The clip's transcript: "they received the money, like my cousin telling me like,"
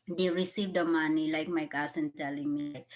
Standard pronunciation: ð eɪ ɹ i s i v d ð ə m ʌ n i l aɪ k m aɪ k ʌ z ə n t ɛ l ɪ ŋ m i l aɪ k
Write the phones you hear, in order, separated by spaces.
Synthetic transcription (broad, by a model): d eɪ ɹ i s i v d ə m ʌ n i l aɪ k m aɪ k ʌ s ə n t ɛ l ɪ ŋ m i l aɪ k